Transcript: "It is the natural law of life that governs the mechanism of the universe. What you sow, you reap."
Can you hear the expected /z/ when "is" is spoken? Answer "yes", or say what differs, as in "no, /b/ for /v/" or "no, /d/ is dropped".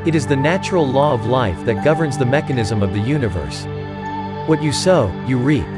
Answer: yes